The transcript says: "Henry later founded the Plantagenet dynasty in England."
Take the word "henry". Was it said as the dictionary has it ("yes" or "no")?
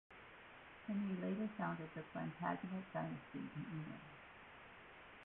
no